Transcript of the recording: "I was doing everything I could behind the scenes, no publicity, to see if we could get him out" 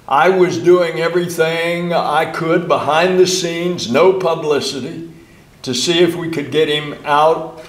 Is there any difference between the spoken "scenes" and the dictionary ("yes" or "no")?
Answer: no